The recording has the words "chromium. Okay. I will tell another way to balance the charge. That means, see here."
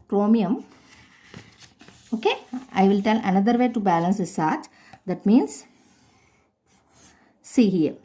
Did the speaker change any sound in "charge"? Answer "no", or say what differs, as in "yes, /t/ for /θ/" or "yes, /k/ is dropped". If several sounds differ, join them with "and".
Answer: yes, /s/ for /tʃ/